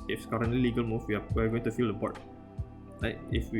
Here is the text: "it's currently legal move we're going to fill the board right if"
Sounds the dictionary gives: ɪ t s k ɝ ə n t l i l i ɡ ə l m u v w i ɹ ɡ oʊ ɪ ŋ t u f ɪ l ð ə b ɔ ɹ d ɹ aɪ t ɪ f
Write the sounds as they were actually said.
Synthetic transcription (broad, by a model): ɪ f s k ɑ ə n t l i l i ɡ ə l m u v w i w ɡ oʊ ɪ ŋ t u f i l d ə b ɔ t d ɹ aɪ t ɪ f